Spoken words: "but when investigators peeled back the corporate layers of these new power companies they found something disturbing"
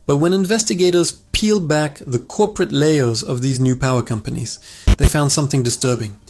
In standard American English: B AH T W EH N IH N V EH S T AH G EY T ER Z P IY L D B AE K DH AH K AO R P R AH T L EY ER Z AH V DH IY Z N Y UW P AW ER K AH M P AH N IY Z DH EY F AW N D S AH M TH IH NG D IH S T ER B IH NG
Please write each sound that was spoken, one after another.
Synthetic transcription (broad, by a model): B AH T W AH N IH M V EH S T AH G EY T ER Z P IY L D B AE K DH AH K AO R P R AH T L EY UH Z AH V DH IY Z N Y UW P AW ER K AH M P AH N IY Z DH EY F AW N D S AH M TH IH NG D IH S T ER B IH NG